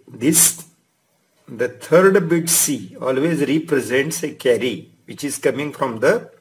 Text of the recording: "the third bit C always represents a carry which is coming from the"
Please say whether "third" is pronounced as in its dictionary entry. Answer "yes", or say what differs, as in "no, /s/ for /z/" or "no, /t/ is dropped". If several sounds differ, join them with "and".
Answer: no, /t/ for /θ/